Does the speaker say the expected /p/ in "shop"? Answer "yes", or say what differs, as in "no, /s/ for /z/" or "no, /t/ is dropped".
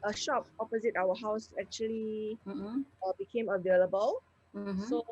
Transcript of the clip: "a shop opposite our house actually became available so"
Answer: yes